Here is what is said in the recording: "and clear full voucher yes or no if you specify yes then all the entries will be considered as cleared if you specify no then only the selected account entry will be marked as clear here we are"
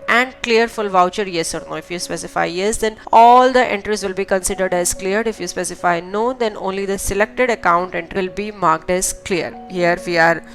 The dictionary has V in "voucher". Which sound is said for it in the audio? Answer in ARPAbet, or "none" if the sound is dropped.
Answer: V